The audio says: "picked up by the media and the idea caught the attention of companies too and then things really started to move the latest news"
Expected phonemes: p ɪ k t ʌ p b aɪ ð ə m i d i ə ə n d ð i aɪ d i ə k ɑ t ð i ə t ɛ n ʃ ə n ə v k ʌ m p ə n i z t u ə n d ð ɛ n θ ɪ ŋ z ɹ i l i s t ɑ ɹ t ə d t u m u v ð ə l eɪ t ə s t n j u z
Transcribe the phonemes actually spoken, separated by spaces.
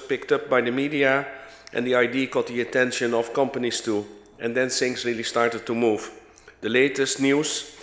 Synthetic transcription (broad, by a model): p ɪ k t ʌ p b aɪ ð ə m i d i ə ə n d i aɪ d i k ɑ t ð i ə t ɛ n ʃ ə n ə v k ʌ m p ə n i s t u ə n d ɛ n s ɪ ŋ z ɹ i l i s t ɑ ɹ t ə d t u m u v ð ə l eɪ t ə s t n j u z